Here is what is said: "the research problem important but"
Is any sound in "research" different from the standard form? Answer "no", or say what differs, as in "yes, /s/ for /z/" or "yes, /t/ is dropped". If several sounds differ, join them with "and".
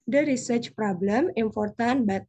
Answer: no